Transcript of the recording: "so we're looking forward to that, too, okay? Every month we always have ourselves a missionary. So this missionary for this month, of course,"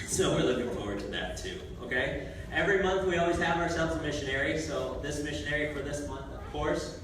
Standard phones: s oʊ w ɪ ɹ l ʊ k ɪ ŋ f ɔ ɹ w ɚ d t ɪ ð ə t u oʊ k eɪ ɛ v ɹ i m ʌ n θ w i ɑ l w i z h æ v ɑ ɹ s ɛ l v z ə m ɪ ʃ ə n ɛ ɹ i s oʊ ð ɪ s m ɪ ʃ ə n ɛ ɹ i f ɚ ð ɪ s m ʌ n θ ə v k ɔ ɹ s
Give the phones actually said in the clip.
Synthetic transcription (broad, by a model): s oʊ w ɪ ɹ l ʊ k ɪ ŋ f ɔ ɹ w ɚ d t ɪ ð ə t u oʊ k eɪ ɛ v ɹ i m ʌ n θ w i ɑ l w i z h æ v ɑ ɹ s ɛ l v z ə m ɪ ʃ ə n ɛ ɹ i s oʊ ð ɪ s m ɪ ʃ ə n ɛ ɹ i f ɚ ð ɪ s m ʌ n θ ə v k ɔ ɹ s